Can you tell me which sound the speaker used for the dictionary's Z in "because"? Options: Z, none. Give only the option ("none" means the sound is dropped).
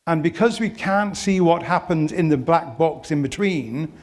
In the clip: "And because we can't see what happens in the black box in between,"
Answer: Z